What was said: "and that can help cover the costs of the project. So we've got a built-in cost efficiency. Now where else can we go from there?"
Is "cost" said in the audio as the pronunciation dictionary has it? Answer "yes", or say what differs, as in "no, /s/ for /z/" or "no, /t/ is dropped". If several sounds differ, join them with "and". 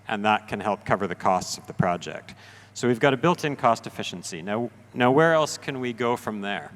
yes